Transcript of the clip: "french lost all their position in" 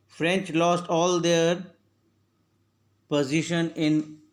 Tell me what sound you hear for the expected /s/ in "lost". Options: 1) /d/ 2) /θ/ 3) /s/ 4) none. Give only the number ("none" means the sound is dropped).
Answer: 3